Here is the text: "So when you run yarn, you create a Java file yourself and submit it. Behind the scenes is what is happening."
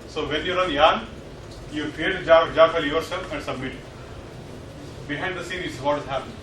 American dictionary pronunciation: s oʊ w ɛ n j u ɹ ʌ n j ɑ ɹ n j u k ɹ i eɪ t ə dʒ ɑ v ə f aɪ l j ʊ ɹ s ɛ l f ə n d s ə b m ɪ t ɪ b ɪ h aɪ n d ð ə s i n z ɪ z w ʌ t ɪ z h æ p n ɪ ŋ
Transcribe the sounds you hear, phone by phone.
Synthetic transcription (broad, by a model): s oʊ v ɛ n j u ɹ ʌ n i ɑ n j u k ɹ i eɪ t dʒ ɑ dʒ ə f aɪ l j ʊ ɹ s ɛ l f ə n d s ə b m ɪ t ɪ b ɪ h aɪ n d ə s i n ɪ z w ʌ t ɪ z h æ p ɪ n